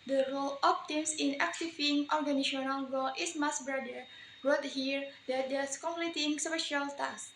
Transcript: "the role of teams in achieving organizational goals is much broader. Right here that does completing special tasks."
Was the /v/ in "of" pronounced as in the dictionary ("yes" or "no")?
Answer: no